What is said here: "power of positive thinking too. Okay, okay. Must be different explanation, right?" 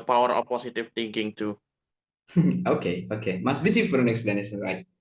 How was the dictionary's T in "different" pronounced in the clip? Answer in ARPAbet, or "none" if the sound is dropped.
none